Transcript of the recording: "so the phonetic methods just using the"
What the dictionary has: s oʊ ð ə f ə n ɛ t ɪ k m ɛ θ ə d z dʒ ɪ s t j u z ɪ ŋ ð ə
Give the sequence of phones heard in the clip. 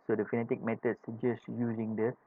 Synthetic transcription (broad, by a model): s oʊ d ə f ə n ɛ t ɪ k m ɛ t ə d s dʒ ɪ s t j u z ɪ ŋ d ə